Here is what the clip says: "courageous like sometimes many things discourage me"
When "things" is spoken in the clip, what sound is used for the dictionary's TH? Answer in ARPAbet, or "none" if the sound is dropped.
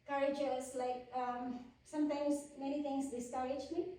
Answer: T